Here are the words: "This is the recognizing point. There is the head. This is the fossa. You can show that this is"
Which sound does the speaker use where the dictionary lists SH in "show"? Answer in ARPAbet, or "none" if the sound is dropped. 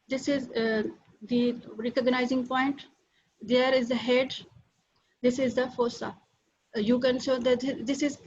S